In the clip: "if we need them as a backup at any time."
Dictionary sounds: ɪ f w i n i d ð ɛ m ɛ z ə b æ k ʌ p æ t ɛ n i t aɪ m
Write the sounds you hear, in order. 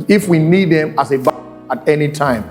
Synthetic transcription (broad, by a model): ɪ f w i n i d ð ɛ m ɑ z ə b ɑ ʌ t ɛ n i t aɪ m